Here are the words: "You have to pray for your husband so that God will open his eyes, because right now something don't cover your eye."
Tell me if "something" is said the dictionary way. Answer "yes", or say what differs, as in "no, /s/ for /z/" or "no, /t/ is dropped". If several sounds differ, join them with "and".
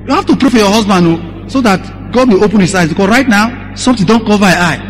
no, /t/ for /θ/